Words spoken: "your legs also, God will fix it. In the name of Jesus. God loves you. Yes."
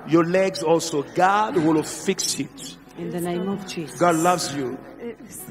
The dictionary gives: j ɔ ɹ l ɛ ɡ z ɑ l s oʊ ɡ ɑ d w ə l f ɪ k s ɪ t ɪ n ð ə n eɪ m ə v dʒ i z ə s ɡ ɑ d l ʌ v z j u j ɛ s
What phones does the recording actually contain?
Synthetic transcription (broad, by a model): j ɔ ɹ l ɛ ɡ z ɑ l s oʊ ɡ ɑ d w ə l f ɪ k s ɪ t ɪ n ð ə n eɪ m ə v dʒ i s ɡ ɑ d l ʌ v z j u